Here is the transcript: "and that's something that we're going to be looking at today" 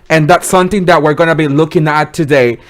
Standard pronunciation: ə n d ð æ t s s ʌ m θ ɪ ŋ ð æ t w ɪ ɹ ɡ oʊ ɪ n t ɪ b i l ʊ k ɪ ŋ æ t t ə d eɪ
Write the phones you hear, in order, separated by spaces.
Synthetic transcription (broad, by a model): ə n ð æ t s s ʌ m θ ɪ ŋ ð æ t w ɪ ɹ ɡ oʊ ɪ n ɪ b i l ʊ k ɪ ŋ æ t t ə d eɪ